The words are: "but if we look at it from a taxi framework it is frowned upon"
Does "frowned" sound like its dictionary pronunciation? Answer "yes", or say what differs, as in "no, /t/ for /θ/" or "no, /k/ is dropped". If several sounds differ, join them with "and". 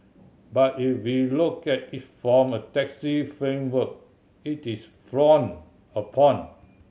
no, /d/ is dropped